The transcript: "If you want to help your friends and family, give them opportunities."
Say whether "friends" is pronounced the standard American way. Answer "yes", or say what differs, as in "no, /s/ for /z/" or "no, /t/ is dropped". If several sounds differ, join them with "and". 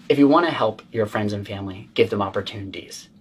yes